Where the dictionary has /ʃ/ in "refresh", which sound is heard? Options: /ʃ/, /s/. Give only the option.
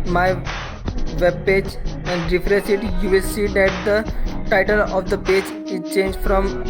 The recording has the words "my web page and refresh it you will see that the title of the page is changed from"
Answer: /s/